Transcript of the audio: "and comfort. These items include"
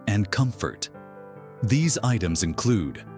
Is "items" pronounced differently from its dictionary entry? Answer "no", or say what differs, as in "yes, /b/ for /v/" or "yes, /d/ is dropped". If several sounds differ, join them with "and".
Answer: no